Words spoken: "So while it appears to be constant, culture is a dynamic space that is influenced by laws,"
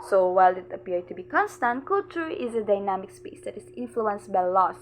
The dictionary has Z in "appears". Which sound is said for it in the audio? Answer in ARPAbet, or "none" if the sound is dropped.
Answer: none